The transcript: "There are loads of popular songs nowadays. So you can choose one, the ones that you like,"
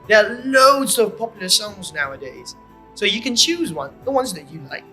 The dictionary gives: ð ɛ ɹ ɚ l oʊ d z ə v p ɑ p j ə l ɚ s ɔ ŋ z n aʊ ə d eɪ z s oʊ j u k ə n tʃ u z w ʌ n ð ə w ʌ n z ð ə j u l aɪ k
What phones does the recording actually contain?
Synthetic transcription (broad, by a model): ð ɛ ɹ l oʊ d z ə v p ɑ p j l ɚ s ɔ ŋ z n aʊ ə d eɪ z s oʊ j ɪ k ə n tʃ u z w ʌ n ð ə w ʌ n z ð ə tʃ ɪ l aɪ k